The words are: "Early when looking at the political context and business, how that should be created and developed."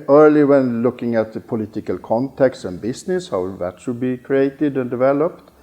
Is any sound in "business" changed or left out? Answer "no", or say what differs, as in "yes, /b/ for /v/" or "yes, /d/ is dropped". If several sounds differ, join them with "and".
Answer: yes, /s/ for /z/